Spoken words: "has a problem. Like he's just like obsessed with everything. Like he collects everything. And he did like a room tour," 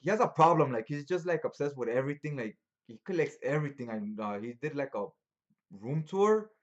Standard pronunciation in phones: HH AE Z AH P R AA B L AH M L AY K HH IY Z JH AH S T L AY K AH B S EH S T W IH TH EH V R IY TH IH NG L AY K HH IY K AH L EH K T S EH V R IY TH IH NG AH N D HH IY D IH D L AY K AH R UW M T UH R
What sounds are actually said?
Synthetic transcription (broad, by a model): HH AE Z AH P R AA B L AH M L AY K HH IY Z JH AH S T L AY K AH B S EH S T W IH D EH V R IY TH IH NG L AY K HH IY K AH L EH K T S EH V R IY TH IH NG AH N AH HH IY D IH D L AY K AH R UW M T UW R